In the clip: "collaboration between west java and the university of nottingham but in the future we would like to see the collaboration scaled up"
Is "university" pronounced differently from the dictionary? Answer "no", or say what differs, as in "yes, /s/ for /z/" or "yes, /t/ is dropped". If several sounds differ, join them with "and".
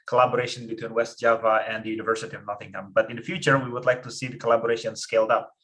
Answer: no